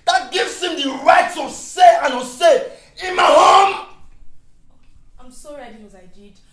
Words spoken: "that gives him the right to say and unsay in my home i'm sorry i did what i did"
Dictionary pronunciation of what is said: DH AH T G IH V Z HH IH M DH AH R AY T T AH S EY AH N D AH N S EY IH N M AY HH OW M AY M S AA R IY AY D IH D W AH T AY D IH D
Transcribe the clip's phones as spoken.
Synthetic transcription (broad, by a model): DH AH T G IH V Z HH IH M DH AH R AY T S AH S EY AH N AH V S EY IH N M AY HH OW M AY M S AA R IY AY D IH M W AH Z AY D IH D